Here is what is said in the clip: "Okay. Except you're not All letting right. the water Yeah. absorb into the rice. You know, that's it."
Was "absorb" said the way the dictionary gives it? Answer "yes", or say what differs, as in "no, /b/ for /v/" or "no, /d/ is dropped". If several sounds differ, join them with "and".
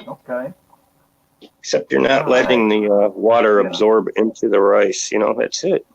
yes